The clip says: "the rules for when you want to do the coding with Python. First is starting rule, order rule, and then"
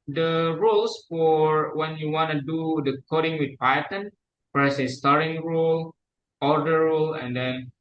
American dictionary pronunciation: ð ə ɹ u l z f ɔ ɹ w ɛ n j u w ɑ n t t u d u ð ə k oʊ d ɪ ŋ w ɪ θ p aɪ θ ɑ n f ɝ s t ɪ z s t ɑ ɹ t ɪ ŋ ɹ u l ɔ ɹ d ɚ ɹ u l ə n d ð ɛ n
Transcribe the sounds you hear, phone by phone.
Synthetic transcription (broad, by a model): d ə ɹ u l s f ɔ ɹ w ɛ n j u w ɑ n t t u d u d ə k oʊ d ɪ ŋ w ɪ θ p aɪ t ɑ n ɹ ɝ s ɪ s t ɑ ɹ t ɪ ŋ ɹ u l ɔ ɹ d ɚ ɹ u l ə n d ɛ n